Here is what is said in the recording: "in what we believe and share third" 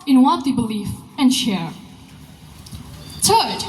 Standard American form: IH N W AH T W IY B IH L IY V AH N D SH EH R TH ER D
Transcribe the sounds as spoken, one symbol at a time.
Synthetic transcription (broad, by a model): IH N W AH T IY B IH L IY F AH N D SH EH R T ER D